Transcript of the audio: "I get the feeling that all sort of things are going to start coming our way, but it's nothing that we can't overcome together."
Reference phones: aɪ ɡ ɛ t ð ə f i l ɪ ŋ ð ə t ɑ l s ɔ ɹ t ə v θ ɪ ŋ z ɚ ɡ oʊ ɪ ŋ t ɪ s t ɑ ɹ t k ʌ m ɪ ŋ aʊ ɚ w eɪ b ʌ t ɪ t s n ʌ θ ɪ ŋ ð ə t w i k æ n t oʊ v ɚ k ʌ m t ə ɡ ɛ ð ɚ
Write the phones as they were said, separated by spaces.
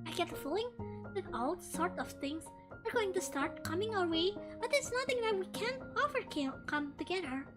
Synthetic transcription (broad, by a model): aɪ ɡ ɛ t ð ə f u l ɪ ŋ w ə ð ɑ l s ɔ ɹ t ə v θ ɪ ŋ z ɚ ɡ oʊ ɪ ŋ t ɪ s t ɑ ɹ t k ʌ m ɪ ŋ aʊ ɚ w eɪ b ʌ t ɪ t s n ʌ θ ɪ ŋ ð ə t w i k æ n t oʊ f ɚ k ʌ m t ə ɡ ɛ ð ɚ